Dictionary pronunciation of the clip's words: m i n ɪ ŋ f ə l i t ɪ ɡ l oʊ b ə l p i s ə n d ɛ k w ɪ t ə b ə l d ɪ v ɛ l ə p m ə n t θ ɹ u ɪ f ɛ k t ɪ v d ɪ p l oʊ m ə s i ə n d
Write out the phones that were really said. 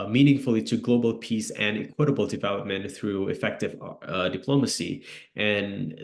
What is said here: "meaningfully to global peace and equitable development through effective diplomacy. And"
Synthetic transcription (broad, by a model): m i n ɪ ŋ f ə l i t ɪ ɡ l oʊ b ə l p i s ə n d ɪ k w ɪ t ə b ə l d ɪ v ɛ l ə p m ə n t θ ɹ u ɪ f ɛ k t ɪ v d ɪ p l oʊ m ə s i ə n